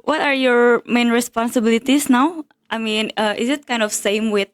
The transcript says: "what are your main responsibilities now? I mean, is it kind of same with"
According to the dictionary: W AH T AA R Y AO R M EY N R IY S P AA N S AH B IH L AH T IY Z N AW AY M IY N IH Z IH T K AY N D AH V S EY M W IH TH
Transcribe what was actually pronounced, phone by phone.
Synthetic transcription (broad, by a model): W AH T AA R Y AO R M EY N R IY S P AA N S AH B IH L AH T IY S N AW AY M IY N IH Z IH T K AY N D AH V S EY M W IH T